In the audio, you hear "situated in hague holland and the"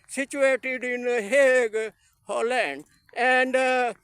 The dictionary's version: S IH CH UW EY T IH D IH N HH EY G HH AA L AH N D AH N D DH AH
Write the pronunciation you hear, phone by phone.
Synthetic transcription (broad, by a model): S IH CH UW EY T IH D IH N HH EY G HH AA L AH N D AH N D